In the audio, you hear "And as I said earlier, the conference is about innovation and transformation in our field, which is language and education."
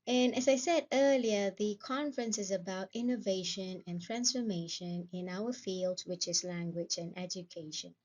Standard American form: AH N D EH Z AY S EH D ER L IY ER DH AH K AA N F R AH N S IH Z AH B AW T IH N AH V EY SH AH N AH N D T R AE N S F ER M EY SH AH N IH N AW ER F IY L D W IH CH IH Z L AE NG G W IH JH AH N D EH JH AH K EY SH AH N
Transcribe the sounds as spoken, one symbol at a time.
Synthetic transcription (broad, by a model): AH N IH Z AY S EH D ER L IY ER DH AH K AA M F R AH N S IH Z AH B AW T IH N AH V EY SH AH N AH N T R AE N S F ER M EY SH AH N IH N AW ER F IY L D W IH CH IH Z L AE NG G W IH JH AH N EH JH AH K EY SH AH N